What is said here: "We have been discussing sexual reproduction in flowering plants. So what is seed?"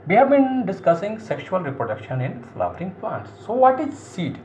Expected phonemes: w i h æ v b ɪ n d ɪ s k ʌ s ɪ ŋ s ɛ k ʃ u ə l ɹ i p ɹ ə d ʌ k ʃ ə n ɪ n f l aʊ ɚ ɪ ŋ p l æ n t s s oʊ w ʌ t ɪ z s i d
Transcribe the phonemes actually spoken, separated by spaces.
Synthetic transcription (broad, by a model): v i h æ v b ɪ n d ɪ s k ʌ s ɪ ŋ s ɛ k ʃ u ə l ɹ i p ɹ ə d ʌ k ʃ ə n ɪ n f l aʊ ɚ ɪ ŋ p l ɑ n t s s oʊ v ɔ t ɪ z s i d